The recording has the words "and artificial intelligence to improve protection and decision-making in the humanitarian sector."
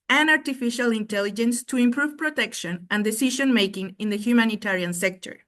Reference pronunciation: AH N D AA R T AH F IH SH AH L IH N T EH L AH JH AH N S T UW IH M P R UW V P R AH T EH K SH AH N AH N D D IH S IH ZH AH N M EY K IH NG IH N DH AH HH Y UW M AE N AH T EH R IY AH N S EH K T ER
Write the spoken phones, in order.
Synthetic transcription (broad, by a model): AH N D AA R T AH F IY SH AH L IH N T EH L AH JH AH N S T UW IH M P R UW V P R AH T EH K SH AH N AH N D D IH S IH SH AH N M EY K IH NG IH N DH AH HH Y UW M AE N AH T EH R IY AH N S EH K T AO